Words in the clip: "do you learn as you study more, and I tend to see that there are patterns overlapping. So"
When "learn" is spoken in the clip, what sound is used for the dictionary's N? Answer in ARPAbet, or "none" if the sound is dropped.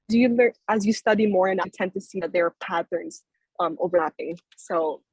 none